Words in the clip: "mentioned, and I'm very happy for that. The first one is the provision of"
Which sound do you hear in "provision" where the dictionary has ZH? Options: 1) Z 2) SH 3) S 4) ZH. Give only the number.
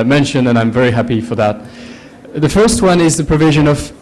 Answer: 4